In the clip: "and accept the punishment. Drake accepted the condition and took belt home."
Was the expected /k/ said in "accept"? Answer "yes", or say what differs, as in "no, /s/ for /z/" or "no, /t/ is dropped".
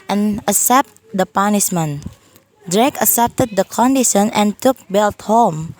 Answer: no, /k/ is dropped